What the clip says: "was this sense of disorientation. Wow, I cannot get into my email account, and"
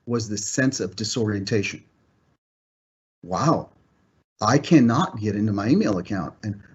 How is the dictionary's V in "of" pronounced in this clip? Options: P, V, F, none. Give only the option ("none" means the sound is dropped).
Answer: V